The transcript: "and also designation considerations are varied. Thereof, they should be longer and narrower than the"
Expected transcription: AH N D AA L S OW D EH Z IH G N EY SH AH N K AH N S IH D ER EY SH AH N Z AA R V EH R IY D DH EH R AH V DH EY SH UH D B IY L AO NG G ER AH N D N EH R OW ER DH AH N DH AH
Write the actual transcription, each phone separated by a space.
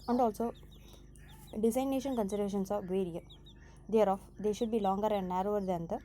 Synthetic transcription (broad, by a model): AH N D AA L S OW D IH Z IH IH N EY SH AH N K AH N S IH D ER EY SH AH N S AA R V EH R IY D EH R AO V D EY SH UH D B IY L AO NG G ER AH N D N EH R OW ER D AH N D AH